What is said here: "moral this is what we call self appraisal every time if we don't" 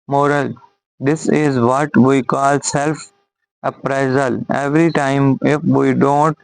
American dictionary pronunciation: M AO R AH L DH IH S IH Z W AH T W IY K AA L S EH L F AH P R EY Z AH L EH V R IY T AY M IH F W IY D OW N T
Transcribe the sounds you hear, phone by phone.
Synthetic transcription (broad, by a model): M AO R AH L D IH S IH Z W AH T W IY K AA L S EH L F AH P R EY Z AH L EH V R IY T AY M IH F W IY D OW N T